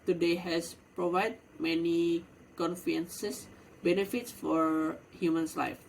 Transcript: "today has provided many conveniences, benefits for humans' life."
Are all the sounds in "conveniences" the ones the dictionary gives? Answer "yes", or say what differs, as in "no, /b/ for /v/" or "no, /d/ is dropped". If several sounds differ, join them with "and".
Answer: no, /f/ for /v/ and /s/ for /z/